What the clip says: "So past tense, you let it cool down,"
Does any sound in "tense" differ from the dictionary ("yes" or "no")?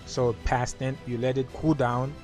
yes